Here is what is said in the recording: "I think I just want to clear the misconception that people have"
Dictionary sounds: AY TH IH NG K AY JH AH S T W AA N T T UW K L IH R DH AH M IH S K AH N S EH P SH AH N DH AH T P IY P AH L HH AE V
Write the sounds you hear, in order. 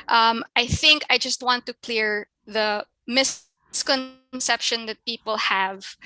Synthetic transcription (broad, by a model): AY TH IH NG K AY JH AH S T W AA N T T UW K L IH R DH AH M IH S K AH N S EH P SH AH N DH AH T P IY P AH L HH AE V